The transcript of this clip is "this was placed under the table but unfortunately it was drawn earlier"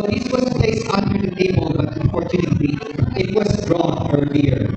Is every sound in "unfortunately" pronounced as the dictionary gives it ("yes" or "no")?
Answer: no